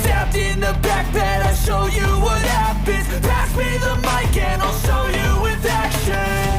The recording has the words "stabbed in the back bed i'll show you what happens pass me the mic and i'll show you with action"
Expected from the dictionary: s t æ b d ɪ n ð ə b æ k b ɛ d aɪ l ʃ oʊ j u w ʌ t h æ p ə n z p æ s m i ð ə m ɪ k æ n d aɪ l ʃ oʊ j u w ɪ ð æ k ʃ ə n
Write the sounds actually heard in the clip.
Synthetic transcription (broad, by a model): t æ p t ɪ n ð ə b æ k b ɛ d aɪ ʃ oʊ j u w ʌ t h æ b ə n p æ s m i ð ə m ɪ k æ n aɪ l ʃ oʊ j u w ɪ ð æ k ʃ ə n